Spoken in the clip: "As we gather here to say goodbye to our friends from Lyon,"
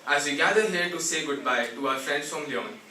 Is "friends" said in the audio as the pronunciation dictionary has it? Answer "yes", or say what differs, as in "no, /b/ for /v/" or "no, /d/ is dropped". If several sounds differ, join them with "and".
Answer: no, /s/ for /z/